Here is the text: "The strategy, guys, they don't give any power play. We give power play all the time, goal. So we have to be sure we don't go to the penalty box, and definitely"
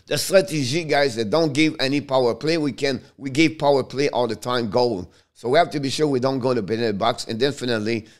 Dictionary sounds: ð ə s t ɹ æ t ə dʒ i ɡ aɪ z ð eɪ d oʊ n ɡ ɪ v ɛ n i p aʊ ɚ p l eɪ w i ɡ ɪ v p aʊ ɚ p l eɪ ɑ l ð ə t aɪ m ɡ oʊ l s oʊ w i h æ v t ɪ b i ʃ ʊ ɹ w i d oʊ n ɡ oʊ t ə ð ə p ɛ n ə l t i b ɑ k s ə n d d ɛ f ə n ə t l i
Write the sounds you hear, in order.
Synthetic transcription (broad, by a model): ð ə s t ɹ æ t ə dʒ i ɡ aɪ z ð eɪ d oʊ n ɡ ɪ v ɛ n i p aʊ ɚ p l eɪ w i ɡ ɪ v p aʊ ɚ p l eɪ ɑ l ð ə t aɪ m ɡ oʊ l s oʊ w i h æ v t ɪ b i ʃ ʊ ɹ w i d oʊ n ɡ oʊ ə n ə b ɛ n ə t b ɑ k s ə n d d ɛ f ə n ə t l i